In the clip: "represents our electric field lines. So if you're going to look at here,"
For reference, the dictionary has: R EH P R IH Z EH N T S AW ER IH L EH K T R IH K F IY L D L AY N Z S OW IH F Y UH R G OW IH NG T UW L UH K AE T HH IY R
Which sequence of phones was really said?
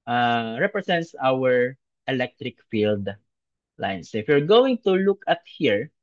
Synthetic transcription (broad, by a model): R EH P R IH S EH N T S AW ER IH L EH K T R IH K F IY L D L AY N S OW IH F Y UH R G OW IH NG T UW L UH K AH T HH IY R